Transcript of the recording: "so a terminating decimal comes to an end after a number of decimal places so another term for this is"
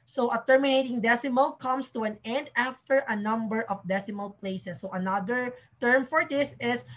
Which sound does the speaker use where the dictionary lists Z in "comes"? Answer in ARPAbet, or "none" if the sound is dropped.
S